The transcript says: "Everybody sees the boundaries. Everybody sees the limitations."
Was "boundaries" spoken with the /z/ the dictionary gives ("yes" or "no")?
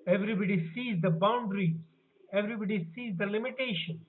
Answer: no